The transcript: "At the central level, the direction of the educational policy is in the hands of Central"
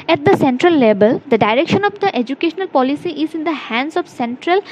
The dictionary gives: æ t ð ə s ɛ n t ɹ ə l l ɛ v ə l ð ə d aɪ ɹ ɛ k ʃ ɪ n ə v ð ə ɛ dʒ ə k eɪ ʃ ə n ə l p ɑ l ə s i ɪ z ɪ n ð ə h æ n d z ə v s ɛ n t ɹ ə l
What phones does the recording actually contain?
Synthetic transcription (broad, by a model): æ t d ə s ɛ n t ɹ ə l l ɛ b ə l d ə d aɪ ɹ ɛ k ʃ ɪ n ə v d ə ɛ dʒ ə k eɪ ʃ ə n ə l p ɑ l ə s i ɪ z ɪ n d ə h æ n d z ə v s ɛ n t ɹ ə l